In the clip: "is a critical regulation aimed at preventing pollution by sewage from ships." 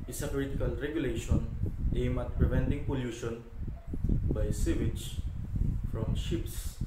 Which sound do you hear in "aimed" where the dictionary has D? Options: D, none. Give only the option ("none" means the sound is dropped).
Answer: none